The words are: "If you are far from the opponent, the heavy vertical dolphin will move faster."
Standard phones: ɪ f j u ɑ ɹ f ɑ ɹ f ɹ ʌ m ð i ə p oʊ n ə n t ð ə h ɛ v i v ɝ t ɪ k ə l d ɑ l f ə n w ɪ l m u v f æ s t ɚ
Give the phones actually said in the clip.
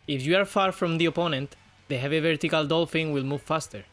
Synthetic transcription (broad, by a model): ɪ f j u ɑ ɹ f ɑ ɹ f ɹ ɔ m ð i ə p oʊ n ə n t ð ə h ɛ v i v ɝ t ɪ k ə l d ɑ l f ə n w ɪ l m u v f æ s t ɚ